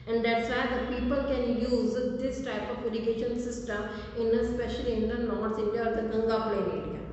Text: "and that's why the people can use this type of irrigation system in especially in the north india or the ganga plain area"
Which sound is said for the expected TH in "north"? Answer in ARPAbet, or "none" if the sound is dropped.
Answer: S